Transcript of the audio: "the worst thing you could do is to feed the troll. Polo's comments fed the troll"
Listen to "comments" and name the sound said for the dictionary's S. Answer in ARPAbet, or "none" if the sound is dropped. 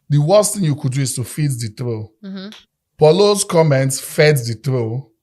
S